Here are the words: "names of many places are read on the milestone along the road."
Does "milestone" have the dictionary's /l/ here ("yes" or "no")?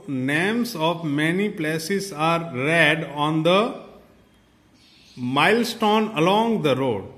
yes